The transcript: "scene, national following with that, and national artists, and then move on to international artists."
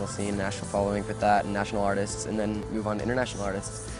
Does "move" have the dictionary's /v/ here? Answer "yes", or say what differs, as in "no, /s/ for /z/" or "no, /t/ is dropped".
yes